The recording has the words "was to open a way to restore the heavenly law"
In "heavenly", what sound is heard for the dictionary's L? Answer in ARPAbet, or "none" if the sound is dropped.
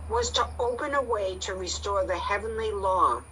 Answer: L